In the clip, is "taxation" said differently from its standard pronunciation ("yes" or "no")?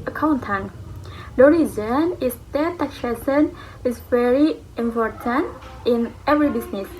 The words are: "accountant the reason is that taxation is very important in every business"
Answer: yes